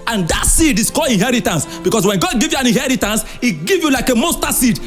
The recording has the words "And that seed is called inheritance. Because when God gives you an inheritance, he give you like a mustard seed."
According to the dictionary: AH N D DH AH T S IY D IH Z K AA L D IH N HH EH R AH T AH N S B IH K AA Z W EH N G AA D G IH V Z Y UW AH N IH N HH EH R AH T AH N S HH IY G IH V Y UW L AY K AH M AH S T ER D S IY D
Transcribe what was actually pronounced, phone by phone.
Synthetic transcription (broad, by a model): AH N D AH T S IY D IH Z K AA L IH N HH EH R AH T AH N S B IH K AA S W EH N G AA D G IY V Y UW AH N IH N HH EH R AH T AH N S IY G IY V Y UW L AY K AH M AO S T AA S IY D